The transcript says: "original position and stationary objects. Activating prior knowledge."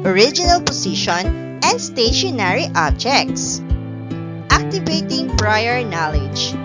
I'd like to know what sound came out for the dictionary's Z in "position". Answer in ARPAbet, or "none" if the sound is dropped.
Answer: S